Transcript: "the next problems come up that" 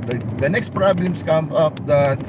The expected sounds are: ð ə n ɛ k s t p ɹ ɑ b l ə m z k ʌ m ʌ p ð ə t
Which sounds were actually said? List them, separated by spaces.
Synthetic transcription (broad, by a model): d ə n ɛ k s t p ɹ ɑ b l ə m s k ʌ m ʌ p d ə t